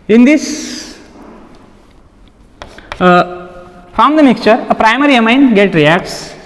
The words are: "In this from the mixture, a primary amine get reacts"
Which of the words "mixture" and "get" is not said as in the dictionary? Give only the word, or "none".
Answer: none